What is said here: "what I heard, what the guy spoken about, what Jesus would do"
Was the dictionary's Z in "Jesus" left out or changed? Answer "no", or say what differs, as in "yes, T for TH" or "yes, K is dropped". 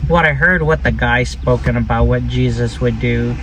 no